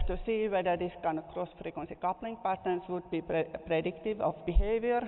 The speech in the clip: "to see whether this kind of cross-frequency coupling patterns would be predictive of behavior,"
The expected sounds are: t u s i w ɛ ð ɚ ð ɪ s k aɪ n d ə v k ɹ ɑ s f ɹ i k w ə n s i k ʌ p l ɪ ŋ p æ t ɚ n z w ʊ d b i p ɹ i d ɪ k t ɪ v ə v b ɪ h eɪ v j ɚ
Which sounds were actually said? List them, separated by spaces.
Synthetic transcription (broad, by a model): t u s i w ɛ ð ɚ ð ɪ s k aɪ n d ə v k ɹ ɑ s f ɹ i k w ə n s i k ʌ p l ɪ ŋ p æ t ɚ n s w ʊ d b i p ɹ i d ɪ k t ɪ v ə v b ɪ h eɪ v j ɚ